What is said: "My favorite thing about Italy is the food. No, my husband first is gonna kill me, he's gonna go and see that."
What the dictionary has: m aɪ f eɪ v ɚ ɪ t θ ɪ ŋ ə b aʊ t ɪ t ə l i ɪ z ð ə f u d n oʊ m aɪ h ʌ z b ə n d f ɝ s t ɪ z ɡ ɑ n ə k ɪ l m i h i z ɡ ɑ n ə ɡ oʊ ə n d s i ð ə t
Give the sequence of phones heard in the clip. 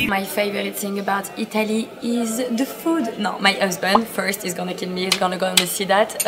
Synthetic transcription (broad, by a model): m aɪ f eɪ v ɚ ɪ t s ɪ ŋ ə b aʊ t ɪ t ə l i ɪ z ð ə f u d n oʊ m aɪ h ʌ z b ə n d f ɝ s t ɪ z ɡ ɑ n ə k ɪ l m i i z ɡ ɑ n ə ɡ oʊ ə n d s i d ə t